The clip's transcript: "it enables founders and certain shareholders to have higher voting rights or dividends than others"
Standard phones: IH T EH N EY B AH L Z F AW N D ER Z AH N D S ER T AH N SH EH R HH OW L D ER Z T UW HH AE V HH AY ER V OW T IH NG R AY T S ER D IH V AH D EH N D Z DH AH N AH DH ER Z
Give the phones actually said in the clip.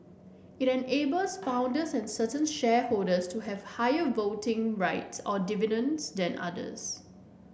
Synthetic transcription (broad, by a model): IH T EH N EY B AH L S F AW N D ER S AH N S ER T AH N SH EH HH OW L D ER S T UW HH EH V HH AY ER V OW T IH NG R AY T S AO D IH V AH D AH N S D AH N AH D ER S